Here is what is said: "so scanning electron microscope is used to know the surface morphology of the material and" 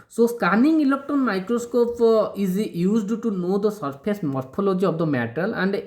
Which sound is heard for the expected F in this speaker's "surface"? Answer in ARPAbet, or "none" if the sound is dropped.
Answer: P